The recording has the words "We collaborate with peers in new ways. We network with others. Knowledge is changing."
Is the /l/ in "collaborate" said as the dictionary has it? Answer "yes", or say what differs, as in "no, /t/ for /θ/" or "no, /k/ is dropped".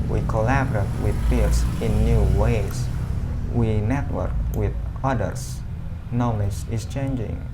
yes